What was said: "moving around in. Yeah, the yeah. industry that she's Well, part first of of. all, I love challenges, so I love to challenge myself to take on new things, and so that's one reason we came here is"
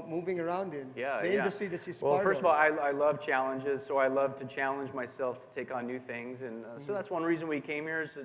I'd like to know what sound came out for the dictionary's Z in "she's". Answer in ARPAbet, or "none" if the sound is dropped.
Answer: S